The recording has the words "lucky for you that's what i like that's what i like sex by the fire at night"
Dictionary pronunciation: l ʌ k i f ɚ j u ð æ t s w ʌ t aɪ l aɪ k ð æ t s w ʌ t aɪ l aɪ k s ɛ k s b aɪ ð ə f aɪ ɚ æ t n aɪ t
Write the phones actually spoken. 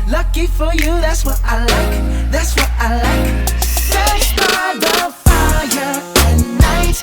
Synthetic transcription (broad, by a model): l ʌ k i f ɚ j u ð æ t s w ʌ t aɪ l aɪ k ð æ t s w ʌ t aɪ l aɪ k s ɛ s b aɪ ð ə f aɪ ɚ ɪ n aɪ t